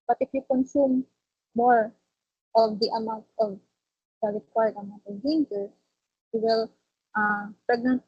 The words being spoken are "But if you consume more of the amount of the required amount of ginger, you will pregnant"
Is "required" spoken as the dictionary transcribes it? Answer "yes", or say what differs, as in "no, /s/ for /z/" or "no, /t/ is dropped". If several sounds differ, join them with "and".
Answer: no, /l/ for /ɹ/